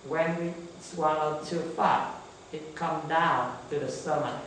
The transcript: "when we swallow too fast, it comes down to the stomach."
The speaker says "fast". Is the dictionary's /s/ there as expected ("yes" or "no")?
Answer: no